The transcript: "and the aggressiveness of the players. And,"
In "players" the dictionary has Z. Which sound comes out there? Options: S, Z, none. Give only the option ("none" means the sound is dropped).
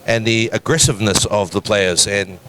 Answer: Z